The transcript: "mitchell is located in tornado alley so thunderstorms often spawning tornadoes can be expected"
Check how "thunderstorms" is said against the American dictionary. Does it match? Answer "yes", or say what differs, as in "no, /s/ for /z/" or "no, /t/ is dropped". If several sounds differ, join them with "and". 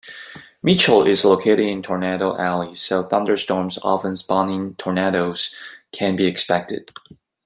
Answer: yes